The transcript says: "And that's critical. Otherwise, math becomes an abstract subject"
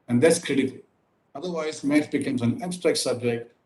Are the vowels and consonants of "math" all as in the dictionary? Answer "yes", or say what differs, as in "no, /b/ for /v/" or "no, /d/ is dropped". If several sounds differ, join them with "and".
no, /t/ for /θ/